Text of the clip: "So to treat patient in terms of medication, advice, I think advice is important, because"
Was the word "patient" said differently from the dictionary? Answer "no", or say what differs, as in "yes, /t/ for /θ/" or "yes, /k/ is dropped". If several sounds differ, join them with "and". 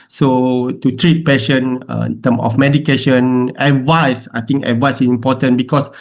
yes, /t/ is dropped